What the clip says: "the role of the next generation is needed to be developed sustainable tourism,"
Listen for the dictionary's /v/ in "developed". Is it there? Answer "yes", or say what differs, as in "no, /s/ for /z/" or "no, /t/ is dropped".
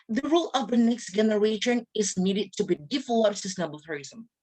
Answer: no, /f/ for /v/